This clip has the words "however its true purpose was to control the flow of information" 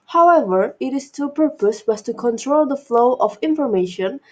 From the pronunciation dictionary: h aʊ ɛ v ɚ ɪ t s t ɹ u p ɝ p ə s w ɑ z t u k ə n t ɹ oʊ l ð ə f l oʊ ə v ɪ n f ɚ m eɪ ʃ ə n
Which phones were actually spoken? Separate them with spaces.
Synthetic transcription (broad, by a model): h aʊ ɛ v ɚ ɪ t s t u p ɝ p ə s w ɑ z t u k ə n t ɹ oʊ l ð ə f l oʊ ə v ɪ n f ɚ m eɪ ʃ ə n